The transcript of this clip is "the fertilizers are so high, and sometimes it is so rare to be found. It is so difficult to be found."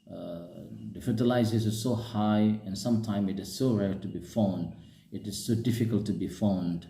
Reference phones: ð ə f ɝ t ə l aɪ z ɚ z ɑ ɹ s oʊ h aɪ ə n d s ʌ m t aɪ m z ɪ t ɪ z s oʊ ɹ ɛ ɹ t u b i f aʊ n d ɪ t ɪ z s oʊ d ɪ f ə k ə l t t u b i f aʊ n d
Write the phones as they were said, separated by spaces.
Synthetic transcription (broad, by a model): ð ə f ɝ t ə l aɪ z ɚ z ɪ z s oʊ h aɪ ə n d s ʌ m t aɪ m ɪ t ɪ z s oʊ ɹ ɛ ɹ t u b i f aʊ n d ɪ t ɪ z s oʊ d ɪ f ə k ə l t t u b i f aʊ n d